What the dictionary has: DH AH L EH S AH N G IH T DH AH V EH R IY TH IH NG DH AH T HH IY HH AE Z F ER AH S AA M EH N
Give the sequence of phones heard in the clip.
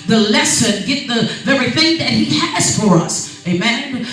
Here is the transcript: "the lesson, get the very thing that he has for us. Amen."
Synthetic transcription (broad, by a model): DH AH L EH S AH N G IH T DH AH V EH R IY TH IH NG DH AH T HH IY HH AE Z F ER AH S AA M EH N